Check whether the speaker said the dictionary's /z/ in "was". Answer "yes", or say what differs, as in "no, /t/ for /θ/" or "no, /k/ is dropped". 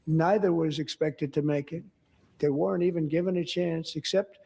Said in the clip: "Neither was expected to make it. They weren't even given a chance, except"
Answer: yes